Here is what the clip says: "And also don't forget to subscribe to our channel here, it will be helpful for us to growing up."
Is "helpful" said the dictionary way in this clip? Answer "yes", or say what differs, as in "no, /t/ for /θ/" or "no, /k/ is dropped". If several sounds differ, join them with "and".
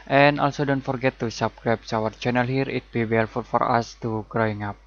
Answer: no, /p/ is dropped